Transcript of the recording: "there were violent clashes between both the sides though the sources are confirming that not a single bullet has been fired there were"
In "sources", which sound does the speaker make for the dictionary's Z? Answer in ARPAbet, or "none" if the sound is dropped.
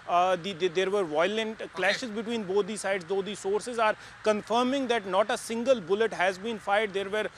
Z